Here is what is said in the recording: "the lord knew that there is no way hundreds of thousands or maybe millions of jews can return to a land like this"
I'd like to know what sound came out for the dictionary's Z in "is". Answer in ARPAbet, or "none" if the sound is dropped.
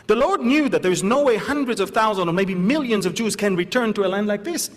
Z